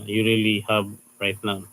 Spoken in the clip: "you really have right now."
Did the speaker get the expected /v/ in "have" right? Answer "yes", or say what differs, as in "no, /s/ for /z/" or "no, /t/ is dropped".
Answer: no, /b/ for /v/